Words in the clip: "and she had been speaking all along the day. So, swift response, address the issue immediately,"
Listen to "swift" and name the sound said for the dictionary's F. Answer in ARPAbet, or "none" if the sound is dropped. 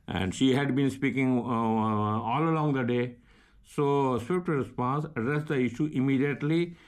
P